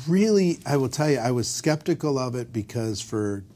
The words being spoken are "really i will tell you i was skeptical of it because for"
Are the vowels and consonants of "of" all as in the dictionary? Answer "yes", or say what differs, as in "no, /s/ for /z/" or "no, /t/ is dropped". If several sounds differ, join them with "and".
yes